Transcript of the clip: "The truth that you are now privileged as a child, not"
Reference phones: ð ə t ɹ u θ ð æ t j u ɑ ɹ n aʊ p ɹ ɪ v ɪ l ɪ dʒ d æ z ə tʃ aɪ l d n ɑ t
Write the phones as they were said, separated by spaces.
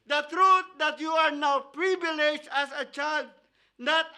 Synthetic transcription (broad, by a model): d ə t ɹ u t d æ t j u ɑ ɹ n aʊ p ɹ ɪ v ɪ l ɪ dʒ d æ s ə tʃ aɪ l d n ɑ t